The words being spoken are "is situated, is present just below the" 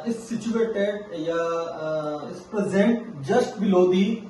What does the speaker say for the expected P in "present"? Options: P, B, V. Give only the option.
P